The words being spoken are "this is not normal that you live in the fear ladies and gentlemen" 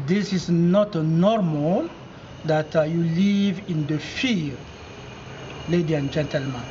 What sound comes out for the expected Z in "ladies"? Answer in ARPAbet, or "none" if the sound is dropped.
none